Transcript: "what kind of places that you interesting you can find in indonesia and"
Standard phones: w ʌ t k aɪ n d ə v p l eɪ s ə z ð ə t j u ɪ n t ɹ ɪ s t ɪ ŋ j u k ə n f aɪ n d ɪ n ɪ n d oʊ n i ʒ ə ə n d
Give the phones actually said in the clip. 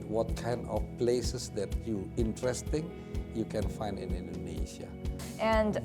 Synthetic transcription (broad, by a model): w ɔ t k aɪ n d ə f p l eɪ s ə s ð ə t j u ɪ n t ɹ ɪ s t ɪ ŋ j u k ə n f aɪ n d ɪ n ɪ n d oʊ n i ʃ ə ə n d